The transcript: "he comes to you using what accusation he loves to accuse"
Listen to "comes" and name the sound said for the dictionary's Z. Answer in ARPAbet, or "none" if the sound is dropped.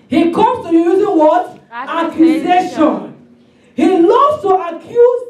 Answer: none